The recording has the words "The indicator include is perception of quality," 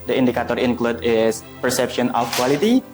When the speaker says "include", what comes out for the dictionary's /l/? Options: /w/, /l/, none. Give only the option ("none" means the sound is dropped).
/l/